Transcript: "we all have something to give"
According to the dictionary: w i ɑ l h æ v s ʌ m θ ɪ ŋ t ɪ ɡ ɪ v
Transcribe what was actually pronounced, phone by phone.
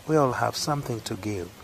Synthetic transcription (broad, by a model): w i ɑ l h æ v s ʌ m θ ɪ ŋ t ɪ ɡ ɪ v